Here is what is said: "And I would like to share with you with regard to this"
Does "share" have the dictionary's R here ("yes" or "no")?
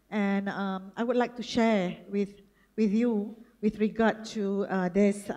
no